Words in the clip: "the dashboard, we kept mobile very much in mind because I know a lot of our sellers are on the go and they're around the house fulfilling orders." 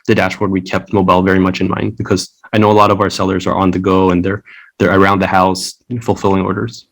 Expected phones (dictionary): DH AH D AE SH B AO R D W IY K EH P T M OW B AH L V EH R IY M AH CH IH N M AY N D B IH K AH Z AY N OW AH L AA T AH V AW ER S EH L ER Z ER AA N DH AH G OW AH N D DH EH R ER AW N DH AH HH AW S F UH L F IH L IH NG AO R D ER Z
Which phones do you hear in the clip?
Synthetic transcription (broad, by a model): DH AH D AE SH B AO R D W IY K EH P T M OW B AH L V EH R IY M AH CH IH N M AY N D B IH K AH Z AY N OW AH L AA T AH V AW ER S EH L ER Z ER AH N DH AH G OW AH N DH DH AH R ER AW N DH AH HH AW S F UH L F IH L IH NG AO R D ER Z